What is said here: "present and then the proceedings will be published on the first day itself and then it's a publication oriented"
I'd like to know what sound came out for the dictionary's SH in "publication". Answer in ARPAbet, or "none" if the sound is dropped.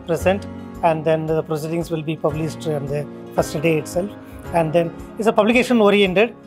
SH